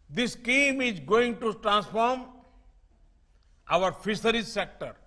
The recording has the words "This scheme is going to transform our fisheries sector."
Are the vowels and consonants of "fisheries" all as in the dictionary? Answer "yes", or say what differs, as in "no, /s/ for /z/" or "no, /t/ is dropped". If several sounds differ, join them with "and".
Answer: no, /s/ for /ʃ/